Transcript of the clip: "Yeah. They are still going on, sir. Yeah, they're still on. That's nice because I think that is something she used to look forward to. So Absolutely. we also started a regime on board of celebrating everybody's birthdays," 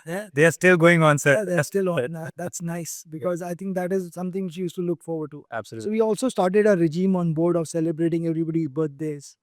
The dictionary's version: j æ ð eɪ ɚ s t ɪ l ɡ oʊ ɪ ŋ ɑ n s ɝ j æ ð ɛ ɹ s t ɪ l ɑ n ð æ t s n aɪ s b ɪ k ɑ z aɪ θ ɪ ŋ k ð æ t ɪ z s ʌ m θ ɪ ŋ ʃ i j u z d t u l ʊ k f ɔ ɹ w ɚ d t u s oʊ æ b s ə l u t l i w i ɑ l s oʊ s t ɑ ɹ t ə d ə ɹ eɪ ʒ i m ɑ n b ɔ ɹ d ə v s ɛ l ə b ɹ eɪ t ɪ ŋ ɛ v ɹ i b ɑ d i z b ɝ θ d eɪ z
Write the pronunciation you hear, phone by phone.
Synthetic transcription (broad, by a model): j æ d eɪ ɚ s t ɪ l ɡ oʊ ɪ ŋ ɑ n s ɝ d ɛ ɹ s t ɪ l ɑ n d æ t s n aɪ s b ɪ k ɑ z aɪ t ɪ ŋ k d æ t ɪ z s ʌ m t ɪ ŋ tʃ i j u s t u l ʊ k f ɔ ɹ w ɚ d t u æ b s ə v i i ɑ l s oʊ s t ɑ ɹ t ə d ə ɹ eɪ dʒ i m ɑ n b ɔ ɹ d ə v s ɛ l ə b ɹ eɪ t ɪ ŋ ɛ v ɹ i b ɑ d i b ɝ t d eɪ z